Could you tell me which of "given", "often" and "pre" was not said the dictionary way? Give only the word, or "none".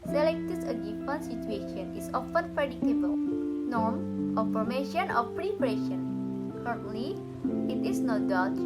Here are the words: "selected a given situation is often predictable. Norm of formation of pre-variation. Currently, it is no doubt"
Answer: given